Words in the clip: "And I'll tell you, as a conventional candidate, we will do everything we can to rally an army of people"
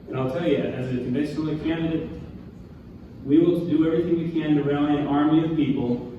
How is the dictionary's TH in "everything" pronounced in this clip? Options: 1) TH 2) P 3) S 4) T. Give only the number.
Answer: 1